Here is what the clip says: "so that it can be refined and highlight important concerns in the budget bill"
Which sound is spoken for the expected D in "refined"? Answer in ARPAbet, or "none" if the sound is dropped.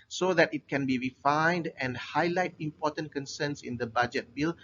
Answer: D